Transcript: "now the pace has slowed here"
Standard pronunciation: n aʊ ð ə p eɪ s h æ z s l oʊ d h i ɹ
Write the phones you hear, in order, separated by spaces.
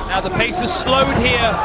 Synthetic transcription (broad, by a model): n aʊ ð ə p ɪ s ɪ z s l oʊ d h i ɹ